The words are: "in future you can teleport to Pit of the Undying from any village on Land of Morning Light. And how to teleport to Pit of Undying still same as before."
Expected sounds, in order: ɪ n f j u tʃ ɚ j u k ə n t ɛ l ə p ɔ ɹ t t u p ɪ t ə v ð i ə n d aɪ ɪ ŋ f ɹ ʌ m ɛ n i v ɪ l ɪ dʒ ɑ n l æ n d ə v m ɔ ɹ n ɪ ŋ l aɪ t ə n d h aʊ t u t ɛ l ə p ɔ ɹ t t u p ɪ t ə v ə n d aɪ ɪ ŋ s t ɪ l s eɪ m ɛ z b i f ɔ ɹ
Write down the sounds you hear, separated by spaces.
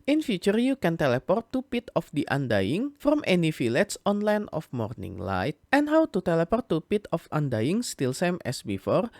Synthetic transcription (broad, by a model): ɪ n f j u tʃ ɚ j u k ə n t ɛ l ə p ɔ ɹ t t u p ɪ t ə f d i ə n d aɪ ɪ ŋ f ɹ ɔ m ɛ n i f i l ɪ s ɑ n l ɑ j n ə f m ɔ ɹ n ɪ ŋ l aɪ t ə n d h aʊ t u t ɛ l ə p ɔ ɹ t t u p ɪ t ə f ə n d aɪ ɪ ŋ s t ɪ l s eɪ m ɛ s b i f ɔ ɹ